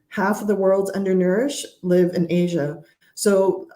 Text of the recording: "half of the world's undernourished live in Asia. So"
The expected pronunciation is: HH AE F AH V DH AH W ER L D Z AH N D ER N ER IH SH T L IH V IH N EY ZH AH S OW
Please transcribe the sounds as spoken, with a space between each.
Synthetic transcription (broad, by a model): HH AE F AH V DH AH W ER L D Z AH N D ER N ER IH SH L IH V IH N EY ZH AH S OW